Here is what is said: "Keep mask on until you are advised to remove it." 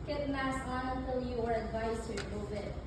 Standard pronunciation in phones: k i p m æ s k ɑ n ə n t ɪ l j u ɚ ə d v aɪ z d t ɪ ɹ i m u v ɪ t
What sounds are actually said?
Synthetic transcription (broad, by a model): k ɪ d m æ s ɑ n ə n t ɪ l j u ɚ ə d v aɪ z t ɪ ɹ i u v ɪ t